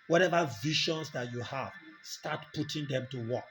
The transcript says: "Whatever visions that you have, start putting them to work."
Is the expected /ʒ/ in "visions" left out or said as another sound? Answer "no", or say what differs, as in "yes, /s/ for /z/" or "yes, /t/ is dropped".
yes, /ʃ/ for /ʒ/